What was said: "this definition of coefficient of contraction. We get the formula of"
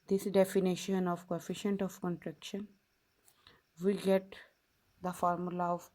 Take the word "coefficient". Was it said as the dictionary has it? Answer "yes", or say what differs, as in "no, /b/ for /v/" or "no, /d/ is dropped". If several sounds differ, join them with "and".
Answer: yes